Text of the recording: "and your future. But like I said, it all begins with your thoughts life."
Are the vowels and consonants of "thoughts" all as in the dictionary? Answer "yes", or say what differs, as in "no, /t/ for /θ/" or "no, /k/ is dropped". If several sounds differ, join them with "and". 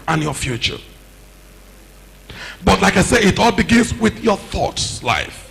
yes